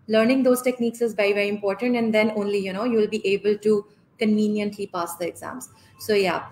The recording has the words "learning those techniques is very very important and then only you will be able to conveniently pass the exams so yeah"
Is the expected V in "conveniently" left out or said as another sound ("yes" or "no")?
no